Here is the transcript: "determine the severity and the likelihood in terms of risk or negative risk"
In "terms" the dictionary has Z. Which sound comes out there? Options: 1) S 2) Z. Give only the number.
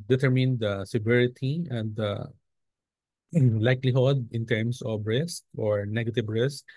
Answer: 1